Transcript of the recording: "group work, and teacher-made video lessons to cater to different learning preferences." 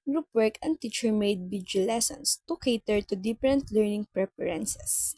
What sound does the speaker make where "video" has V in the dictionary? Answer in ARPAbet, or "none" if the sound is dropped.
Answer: B